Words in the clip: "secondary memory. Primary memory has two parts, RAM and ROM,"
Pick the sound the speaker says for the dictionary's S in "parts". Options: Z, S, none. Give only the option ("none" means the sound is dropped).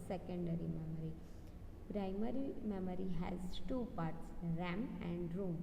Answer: S